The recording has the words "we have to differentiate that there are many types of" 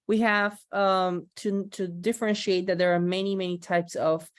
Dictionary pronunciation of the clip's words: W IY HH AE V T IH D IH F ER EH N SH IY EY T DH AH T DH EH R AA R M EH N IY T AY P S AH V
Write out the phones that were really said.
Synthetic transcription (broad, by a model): W IY HH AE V T IH D IH F ER EH N SH IY EY T DH AH T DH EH R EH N M EH N IY T AY P S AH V